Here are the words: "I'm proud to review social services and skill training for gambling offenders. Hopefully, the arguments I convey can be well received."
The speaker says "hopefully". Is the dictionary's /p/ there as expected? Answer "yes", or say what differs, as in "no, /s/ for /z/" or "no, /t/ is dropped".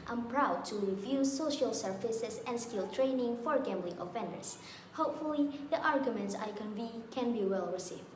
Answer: yes